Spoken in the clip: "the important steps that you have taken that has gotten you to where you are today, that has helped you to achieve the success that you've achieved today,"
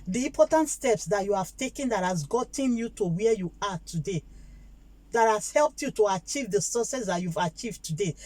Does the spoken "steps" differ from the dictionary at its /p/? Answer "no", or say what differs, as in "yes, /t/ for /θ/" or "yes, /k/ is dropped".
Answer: no